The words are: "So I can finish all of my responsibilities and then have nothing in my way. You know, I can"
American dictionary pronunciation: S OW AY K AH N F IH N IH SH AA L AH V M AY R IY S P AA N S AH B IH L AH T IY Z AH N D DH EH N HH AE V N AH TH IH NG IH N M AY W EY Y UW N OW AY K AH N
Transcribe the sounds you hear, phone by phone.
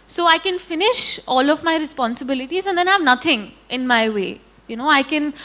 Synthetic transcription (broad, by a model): S OW AY K AH N F IH N IH SH AA L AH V M AY R IY S P AA N S AH B IH L AH T IY Z AH N D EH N HH AE V N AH T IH NG IH N M AY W EY Y UW N OW AY K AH N